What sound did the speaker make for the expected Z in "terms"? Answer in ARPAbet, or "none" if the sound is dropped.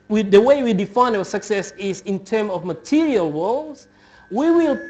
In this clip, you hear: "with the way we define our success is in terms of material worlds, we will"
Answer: none